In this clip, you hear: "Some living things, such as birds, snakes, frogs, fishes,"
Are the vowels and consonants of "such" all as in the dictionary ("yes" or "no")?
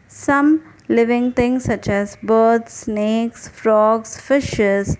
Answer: yes